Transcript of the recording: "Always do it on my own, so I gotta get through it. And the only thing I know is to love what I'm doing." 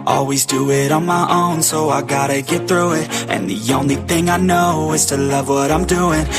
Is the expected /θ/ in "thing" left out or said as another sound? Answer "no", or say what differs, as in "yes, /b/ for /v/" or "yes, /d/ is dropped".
no